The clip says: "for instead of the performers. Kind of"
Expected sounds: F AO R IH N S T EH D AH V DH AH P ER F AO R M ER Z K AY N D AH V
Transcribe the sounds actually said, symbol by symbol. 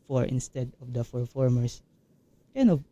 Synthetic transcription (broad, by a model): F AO R IH N S T EH D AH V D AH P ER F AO R M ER S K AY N AH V